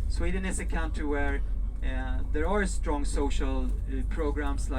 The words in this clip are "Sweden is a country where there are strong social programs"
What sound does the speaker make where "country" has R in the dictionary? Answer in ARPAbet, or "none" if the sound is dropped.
none